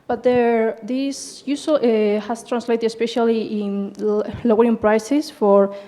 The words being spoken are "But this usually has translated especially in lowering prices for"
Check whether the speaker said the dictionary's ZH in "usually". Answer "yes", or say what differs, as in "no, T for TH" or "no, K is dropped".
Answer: no, S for ZH